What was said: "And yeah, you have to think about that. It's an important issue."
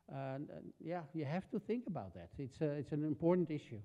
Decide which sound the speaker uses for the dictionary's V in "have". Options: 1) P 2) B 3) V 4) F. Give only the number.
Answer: 4